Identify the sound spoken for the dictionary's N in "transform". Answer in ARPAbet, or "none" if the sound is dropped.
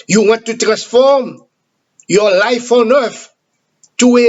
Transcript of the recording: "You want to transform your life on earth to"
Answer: N